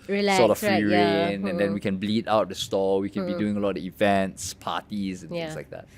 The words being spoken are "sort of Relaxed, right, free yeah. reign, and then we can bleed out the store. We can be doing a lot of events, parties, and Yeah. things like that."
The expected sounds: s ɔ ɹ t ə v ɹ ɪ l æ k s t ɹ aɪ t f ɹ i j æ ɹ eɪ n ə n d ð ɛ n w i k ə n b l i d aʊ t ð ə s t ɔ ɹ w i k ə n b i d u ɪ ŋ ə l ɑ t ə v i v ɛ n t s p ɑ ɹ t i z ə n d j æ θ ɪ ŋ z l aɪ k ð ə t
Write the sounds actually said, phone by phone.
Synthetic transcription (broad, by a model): s ɔ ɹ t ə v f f i ɹ eɪ n ə n d ɛ n w i k ə n b l i d aʊ t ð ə s t ɔ w i k ə n b i d u ɪ ŋ ə l ɑ t ə v i v ɛ n t s p ɑ t i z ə n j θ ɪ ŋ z l aɪ k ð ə t